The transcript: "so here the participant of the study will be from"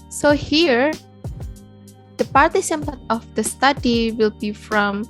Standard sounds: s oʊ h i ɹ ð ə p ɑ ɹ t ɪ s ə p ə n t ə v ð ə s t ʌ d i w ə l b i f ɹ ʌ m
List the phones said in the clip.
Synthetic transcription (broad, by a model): s oʊ h i ɹ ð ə p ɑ ɹ t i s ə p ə t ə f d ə s t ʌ d i w ə l b i f ɹ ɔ m